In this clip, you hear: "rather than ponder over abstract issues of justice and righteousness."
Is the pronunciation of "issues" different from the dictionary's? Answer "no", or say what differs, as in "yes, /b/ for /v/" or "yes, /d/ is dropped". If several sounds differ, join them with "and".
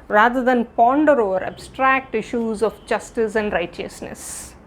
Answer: no